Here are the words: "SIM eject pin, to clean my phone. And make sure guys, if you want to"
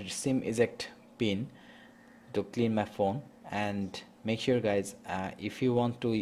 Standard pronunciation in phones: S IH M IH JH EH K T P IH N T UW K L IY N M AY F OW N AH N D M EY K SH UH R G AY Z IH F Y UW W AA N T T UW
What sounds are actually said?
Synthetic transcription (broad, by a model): S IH M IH Z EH K T P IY N T UW K L IY N M AY F OW N AH N D M EY K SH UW R G AY Z IH F Y UW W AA N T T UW